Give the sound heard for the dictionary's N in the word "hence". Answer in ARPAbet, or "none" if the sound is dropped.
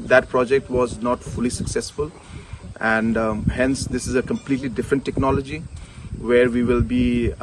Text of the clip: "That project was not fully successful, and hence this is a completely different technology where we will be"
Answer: N